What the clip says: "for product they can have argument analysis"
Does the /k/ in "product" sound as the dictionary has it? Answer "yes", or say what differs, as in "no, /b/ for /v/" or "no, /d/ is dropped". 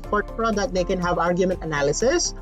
no, /k/ is dropped